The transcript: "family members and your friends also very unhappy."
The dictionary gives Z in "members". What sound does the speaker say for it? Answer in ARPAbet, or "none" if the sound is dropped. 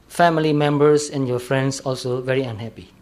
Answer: S